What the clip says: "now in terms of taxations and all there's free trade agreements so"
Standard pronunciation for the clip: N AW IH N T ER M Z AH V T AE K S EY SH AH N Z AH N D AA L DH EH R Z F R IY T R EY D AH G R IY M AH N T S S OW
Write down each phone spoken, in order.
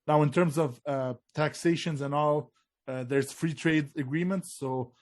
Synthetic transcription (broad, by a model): N AW IH N T ER M Z AH V T AE K S EY SH AH N Z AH N AA L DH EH R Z F R IY T R EY D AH G R IY M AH N T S S OW